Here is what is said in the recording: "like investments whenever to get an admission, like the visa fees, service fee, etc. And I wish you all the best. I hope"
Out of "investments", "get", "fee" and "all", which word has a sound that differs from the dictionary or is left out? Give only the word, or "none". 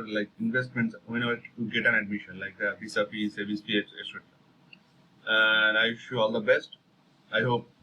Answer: fee